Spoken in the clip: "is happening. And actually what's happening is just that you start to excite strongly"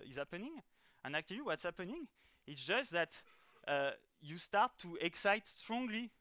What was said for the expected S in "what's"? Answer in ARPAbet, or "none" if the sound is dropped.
S